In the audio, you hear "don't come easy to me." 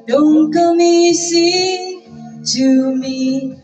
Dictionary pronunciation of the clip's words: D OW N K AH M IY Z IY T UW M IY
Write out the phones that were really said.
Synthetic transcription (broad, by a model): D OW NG K AH M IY S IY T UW M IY